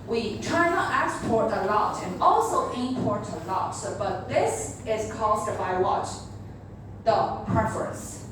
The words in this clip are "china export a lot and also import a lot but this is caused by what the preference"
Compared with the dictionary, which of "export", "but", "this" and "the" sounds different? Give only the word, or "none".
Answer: none